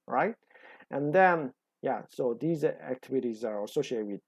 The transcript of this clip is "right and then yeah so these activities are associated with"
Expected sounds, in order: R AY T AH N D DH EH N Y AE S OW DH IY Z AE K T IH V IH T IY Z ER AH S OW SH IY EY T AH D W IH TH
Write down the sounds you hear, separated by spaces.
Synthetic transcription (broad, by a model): R AY T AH N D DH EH N Y AE S OW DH IY Z AE K T IH V IH T IY Z ER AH S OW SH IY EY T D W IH